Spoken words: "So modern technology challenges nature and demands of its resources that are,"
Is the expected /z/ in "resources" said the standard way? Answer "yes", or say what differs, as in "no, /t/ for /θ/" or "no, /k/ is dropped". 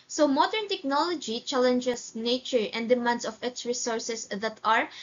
no, /s/ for /z/